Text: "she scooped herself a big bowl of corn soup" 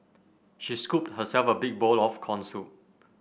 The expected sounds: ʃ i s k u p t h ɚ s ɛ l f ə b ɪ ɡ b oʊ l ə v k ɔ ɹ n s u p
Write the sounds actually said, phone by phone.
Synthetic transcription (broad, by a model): ʃ i s k u p t h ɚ s ɛ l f ə b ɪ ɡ b oʊ l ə f k ɔ n s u